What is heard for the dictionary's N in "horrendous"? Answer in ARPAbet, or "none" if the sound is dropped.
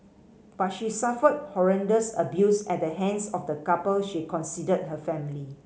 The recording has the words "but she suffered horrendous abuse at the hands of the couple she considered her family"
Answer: N